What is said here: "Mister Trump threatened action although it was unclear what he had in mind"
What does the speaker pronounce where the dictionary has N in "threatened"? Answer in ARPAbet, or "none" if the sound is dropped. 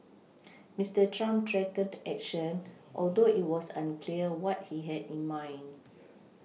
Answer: none